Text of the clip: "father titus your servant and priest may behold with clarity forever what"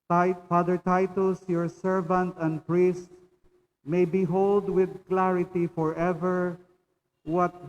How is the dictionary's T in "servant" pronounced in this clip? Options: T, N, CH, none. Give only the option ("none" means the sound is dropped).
T